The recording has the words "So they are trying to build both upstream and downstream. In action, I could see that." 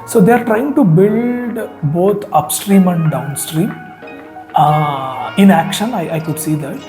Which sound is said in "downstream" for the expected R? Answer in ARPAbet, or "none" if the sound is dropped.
R